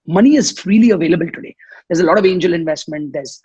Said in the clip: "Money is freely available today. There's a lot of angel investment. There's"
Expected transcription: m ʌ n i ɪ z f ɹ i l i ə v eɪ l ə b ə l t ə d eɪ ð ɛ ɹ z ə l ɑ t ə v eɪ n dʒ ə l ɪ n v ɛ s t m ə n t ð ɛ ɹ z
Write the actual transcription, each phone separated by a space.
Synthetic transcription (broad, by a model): m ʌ n i ɪ z f ɹ i l i ə v eɪ l ə b ə l t ə d eɪ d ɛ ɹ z ə l ɑ t ə v eɪ n dʒ ə l ɪ n v ɛ s t m ə n t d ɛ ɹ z